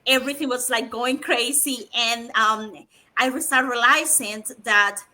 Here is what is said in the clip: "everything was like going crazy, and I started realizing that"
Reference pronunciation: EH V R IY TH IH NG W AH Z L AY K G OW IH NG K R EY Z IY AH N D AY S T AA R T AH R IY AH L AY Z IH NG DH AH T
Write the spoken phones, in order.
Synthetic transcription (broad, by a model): EH V R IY TH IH NG W AH Z L AY K G OW IH NG K R EY Z IY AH N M AY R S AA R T R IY L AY S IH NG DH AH T